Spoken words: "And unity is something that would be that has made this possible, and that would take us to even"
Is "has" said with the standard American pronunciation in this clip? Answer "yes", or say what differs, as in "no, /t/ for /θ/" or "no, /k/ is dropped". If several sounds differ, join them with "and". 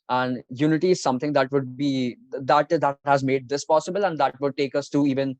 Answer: yes